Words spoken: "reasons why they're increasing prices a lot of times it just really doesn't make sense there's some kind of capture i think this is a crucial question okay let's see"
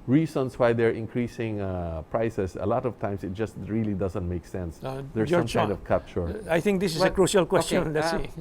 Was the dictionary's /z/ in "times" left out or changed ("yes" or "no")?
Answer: yes